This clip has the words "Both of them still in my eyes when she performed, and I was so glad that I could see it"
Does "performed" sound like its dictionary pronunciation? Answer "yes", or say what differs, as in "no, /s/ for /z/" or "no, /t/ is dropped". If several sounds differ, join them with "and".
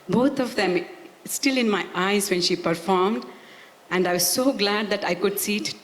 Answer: yes